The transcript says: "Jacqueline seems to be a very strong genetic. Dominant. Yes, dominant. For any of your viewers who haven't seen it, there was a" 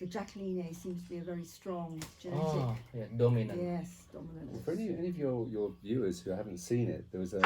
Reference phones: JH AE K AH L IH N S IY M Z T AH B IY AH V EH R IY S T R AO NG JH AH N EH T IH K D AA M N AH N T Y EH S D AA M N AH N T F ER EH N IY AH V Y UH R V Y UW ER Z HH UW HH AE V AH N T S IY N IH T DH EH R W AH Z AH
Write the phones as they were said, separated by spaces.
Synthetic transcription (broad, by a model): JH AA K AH L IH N S IY M Z T AH B IY AH V EH R IY S T R AO NG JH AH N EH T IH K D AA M AH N Y EH S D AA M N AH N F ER EH N IY AH V Y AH R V Y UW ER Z HH UW HH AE V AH N T S IY N IH T DH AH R W AH Z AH